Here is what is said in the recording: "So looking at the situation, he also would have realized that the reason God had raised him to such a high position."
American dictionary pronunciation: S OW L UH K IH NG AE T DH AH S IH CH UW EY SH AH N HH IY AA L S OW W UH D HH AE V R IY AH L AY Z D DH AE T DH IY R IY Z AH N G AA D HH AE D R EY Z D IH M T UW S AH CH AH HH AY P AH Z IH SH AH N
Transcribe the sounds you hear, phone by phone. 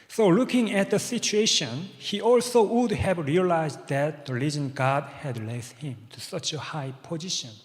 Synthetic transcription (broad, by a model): S OW L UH K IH NG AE T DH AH S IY CH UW EY SH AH N HH IY AA L S OW W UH D HH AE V R IY AH L AY Z D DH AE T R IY L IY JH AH N G AA D HH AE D L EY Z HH IH M T UW S AH CH AH HH AY P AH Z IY SH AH N